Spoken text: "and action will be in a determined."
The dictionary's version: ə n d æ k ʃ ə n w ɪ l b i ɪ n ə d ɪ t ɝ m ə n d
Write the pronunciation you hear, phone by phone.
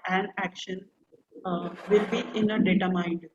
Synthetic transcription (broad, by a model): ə n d æ k ʃ ə n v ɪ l b i ɪ n ə d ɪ t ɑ m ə n d